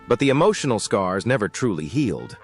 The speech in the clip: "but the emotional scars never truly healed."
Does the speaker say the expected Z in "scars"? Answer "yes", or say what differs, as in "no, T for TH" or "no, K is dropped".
yes